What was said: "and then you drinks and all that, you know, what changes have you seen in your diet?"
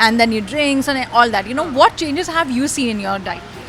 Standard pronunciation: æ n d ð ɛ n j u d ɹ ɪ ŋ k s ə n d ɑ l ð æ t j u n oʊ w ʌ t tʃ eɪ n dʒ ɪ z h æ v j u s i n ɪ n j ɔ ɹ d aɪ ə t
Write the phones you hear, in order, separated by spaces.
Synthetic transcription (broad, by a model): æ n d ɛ n j u d ɹ ɪ ŋ k s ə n ɑ l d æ t j u n oʊ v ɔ t tʃ eɪ n dʒ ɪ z h æ v j u s i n ɪ n j ɔ ɹ d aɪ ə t